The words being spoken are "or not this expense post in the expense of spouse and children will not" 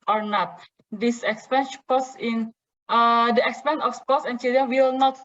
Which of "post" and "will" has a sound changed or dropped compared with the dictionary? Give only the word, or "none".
post